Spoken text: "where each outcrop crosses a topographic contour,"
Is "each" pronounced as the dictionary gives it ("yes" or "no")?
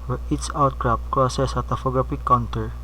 no